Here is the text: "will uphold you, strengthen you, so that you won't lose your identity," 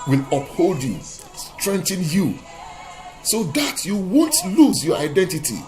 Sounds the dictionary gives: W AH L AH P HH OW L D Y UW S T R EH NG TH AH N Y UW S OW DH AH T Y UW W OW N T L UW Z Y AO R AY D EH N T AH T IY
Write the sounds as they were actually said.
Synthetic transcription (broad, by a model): W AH L AH P HH OW L D Y UW S T R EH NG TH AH N Y UW S OW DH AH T Y UW W OW N T L UW Z Y AO R AY D EH N T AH T IY